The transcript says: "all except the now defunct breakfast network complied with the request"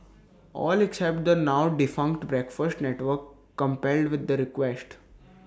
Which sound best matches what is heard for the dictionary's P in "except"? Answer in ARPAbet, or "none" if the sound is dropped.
P